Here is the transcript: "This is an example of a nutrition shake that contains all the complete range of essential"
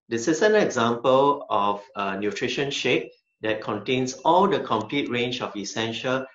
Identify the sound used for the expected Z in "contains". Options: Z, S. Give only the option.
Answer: S